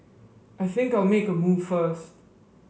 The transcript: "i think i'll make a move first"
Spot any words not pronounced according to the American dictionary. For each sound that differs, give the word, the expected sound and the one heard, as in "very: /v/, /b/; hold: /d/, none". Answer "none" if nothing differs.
none